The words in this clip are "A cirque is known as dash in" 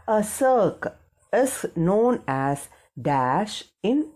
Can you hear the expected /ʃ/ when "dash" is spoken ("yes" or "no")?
yes